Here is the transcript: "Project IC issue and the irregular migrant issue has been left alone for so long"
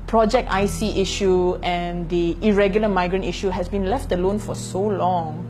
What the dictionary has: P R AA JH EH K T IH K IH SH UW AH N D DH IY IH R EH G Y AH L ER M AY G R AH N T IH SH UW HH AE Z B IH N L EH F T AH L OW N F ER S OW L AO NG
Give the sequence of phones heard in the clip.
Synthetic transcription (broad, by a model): P R AA JH EH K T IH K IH SH UW AH N D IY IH R EH G Y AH L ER M AY G R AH N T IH SH UW HH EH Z B IH N L EH F T AH L OW N F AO S OW L AO NG